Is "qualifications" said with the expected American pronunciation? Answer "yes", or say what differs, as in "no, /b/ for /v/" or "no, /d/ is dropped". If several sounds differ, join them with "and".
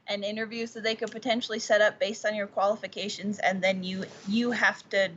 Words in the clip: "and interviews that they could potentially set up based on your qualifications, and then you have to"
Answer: yes